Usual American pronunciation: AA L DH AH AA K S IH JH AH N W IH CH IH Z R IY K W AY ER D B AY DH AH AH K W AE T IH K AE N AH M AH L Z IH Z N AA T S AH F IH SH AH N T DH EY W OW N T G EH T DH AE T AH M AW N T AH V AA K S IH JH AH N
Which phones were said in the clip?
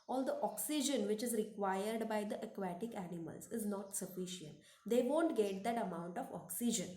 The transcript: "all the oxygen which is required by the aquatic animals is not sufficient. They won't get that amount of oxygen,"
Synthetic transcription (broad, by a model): AA L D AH AA K S IH JH AH N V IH CH IH Z R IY K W AY ER D B AY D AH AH K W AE T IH K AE N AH M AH L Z IH Z N AA T S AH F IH SH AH N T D EY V OW N T G EH T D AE T AH M AW N T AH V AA K S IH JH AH N